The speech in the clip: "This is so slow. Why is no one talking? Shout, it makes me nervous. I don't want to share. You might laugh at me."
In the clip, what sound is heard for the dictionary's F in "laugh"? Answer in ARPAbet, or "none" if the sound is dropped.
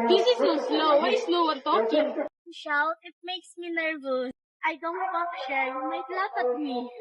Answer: P